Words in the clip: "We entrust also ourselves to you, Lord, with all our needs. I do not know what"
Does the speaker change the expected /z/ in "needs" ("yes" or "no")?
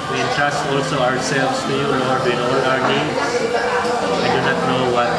yes